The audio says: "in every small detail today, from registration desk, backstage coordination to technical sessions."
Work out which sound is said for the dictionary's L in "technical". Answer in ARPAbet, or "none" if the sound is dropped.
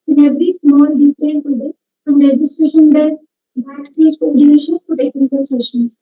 N